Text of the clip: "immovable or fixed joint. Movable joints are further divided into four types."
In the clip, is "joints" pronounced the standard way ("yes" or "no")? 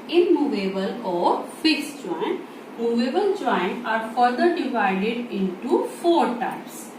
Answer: no